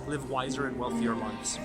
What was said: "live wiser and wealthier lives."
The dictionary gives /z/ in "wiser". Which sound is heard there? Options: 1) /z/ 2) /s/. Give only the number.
1